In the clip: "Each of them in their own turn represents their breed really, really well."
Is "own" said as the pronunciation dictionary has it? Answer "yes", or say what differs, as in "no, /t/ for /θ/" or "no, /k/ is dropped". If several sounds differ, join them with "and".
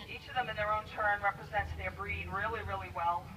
yes